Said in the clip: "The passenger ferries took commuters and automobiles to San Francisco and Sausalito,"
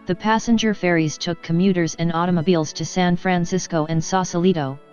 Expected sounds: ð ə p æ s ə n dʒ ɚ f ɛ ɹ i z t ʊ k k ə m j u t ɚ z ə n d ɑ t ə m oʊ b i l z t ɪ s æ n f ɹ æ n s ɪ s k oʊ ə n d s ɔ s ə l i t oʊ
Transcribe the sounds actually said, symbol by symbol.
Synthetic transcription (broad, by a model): ð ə p æ s ə n dʒ ɚ f ɛ ɹ i z t ʊ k k ə m j u t ɚ z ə n ɑ t ə m oʊ b i l z t ɪ s æ n f ɹ æ n s ɪ s k oʊ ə n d s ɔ s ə l i t oʊ